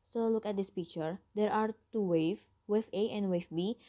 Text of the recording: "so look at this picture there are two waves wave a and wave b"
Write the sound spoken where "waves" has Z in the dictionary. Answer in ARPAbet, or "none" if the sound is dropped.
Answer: none